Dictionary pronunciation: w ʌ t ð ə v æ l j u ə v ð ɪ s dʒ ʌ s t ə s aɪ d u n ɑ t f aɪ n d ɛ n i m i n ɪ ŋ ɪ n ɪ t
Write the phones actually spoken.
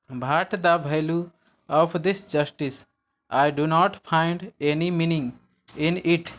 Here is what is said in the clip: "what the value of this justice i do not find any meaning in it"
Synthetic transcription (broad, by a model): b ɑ t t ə b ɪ l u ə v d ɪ s dʒ ʌ s t ə s aɪ d u n ɑ t f aɪ n d ɛ n i m i n ɪ ŋ ɪ n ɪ t